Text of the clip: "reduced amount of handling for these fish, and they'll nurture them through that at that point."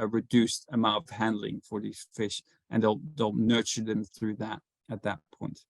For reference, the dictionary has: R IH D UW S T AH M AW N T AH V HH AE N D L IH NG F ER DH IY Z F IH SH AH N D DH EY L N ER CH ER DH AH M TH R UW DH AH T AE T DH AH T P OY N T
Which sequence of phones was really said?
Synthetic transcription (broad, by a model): R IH D UW S T AH M AW N T AH V HH AE N D L IH NG F ER DH IY Z F IH SH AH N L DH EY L N ER CH ER DH AH M TH R UW DH AH T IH T DH AH T P OY N T